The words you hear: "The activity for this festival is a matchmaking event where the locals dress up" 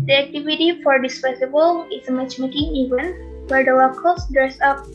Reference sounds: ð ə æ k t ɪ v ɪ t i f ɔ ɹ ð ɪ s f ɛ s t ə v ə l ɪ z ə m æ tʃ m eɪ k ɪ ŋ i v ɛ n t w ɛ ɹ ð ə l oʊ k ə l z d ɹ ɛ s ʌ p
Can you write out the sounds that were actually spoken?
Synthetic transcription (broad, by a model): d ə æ k t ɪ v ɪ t i f ɔ ɹ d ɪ s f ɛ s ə b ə l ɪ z ə m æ tʃ m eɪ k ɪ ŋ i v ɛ n w ɛ ɹ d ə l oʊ k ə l s d ɹ ɛ s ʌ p